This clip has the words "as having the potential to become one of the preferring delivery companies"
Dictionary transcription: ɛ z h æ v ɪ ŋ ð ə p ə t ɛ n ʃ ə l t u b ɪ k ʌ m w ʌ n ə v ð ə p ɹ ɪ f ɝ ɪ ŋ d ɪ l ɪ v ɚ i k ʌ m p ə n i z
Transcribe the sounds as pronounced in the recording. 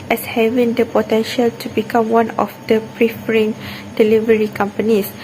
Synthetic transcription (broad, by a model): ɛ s h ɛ v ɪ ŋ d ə p ə t ɛ n ʃ ə l t u b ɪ k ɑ m w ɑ n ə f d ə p ɹ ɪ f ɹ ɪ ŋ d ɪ l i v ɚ i k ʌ m p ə n i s